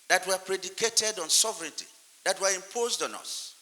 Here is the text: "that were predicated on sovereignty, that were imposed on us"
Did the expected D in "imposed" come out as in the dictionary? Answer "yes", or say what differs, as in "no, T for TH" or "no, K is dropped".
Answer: yes